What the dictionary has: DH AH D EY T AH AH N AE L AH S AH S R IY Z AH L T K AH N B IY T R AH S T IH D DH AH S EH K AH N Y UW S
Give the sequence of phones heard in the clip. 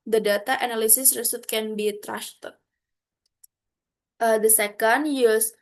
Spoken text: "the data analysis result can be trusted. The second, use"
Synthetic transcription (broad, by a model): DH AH D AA T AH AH N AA L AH S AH S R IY S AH T K AH N B IY T R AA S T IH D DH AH S EH K AH N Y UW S